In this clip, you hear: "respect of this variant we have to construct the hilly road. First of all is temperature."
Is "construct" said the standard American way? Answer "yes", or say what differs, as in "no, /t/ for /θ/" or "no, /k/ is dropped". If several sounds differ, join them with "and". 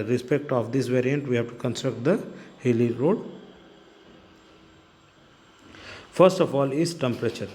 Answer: yes